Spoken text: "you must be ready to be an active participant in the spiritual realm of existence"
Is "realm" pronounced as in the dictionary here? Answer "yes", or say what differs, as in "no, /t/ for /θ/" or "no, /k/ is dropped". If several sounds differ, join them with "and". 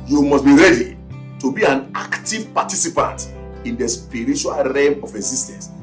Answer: no, /l/ is dropped